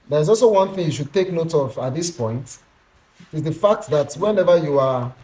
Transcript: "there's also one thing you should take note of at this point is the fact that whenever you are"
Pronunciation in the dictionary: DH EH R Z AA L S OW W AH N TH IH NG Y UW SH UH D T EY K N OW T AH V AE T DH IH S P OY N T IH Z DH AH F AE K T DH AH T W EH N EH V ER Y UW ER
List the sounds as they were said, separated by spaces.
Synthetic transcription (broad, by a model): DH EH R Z AA L S OW W AH N TH IH NG Y UW SH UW D T EY K N OW T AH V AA T DH IH S P OY N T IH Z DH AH F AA K T DH AH T W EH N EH V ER Y UW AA